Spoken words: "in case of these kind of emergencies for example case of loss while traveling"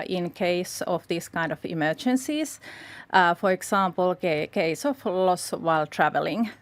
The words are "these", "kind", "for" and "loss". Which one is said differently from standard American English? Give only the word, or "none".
these